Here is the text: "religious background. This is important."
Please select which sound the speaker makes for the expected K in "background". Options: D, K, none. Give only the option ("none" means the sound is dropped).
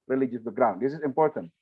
none